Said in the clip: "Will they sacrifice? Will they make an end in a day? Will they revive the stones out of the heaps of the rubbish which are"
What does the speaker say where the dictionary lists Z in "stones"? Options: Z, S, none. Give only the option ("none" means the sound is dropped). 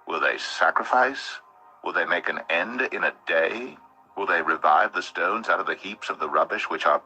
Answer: Z